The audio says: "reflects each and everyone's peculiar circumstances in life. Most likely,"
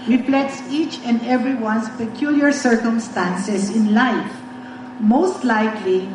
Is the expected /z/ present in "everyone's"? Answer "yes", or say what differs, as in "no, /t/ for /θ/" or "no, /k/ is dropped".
no, /s/ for /z/